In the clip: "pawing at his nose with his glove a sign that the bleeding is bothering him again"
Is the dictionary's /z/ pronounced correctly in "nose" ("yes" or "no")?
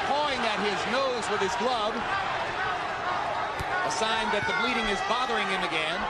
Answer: yes